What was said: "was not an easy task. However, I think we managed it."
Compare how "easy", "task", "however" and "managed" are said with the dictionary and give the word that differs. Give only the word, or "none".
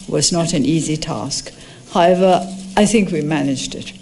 none